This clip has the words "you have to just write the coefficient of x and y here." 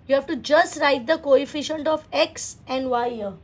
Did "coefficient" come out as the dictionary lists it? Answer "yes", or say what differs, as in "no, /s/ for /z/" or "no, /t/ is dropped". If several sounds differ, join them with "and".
yes